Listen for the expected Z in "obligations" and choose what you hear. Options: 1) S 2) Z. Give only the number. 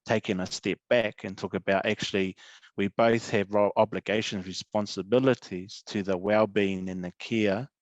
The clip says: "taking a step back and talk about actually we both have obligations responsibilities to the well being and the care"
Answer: 2